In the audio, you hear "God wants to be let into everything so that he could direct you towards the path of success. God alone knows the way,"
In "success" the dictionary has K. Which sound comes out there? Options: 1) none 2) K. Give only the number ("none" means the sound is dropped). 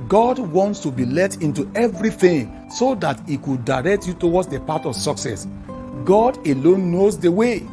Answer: 2